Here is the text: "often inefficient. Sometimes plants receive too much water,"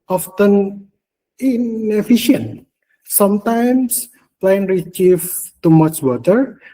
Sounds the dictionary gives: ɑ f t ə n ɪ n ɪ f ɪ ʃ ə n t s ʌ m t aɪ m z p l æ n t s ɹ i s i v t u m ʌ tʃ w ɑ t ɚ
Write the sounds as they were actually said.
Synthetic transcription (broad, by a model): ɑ f t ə n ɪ n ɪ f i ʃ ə n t s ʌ m t aɪ m s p l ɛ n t ɹ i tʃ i f t u m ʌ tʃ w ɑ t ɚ